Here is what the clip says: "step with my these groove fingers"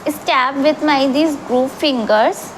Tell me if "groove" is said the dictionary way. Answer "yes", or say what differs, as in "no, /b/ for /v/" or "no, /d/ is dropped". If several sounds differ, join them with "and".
no, /p/ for /v/